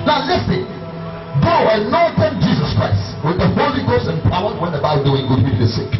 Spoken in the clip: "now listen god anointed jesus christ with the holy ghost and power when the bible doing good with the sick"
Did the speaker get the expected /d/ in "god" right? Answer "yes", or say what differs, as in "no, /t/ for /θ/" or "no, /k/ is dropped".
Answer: no, /d/ is dropped